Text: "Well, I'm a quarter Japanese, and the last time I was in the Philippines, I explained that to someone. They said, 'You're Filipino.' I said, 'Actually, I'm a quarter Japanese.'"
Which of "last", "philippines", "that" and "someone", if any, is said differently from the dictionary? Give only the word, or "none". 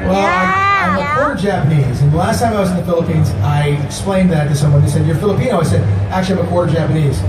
none